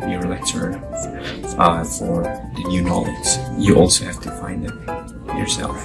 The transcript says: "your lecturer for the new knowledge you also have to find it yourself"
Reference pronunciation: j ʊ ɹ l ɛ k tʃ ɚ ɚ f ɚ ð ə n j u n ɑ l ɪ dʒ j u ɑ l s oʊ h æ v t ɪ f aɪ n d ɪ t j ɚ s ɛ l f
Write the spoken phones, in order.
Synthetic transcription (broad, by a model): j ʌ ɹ l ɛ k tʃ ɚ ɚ f ɚ ð ə n j u n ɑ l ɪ z j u ɑ l s oʊ h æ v t ɪ f aɪ n d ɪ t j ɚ s ɛ l f